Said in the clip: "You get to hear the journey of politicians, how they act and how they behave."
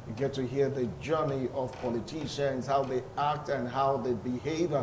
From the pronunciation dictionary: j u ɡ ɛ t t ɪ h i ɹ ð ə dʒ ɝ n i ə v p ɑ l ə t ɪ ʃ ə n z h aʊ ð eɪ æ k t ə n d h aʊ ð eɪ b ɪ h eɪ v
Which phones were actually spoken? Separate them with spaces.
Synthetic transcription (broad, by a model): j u ɡ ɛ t t ɪ h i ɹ ð ə dʒ ɝ n i ə v p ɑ l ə t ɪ ʃ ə n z h aʊ ð eɪ æ k t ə n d h aʊ ð eɪ b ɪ h eɪ v